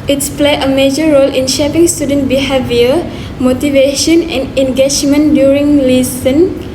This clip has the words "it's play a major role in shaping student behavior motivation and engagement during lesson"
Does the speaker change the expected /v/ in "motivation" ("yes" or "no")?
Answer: no